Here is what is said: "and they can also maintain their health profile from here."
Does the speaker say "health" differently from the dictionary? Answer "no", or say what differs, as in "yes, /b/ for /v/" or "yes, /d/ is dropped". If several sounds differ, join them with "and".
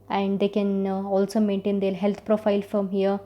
yes, /t/ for /θ/